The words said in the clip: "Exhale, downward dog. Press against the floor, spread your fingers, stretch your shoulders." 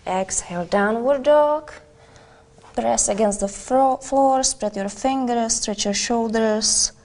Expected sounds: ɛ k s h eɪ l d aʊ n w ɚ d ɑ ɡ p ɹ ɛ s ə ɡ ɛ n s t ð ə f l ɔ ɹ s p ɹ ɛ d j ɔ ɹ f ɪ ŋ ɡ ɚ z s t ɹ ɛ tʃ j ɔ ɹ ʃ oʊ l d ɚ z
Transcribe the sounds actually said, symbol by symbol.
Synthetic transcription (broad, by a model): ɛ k s h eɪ l d aʊ n w ɚ d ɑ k p ɹ ɛ s ə ɡ ɛ n s t ð ə f l ɔ ɹ s p ɹ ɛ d j ɔ ɹ f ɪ ŋ ɡ ɚ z s t ɹ ɛ tʃ j ɔ ɹ ʃ oʊ l d ɚ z